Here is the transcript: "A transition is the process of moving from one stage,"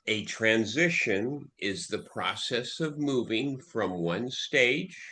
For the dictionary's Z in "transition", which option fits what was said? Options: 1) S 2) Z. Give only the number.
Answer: 2